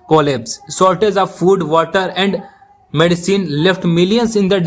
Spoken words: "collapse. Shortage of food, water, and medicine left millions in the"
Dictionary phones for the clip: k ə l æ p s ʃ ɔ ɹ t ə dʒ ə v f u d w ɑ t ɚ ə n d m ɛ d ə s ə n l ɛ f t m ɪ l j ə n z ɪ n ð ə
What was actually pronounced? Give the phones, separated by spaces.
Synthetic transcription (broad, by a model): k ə l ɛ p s s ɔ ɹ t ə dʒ ə v f u d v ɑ t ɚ ə n d m ɛ d ə s ə n l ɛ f t m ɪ l j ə n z ɪ n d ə